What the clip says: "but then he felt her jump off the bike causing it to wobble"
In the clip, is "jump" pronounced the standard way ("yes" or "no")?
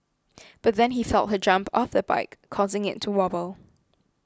yes